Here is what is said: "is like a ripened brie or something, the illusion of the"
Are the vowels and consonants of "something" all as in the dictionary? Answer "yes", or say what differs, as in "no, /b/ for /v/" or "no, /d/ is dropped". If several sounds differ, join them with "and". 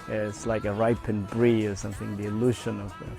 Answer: yes